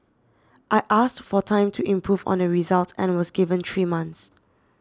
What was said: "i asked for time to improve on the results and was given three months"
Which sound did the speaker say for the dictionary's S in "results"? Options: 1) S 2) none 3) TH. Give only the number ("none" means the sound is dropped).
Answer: 2